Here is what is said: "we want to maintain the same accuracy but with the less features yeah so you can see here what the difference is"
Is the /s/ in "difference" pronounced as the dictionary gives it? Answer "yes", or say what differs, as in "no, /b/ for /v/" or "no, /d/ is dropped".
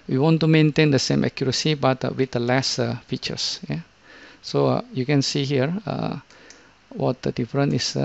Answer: no, /s/ is dropped